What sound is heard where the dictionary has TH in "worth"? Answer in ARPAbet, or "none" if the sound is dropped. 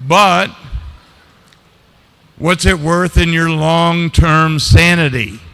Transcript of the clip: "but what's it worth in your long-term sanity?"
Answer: TH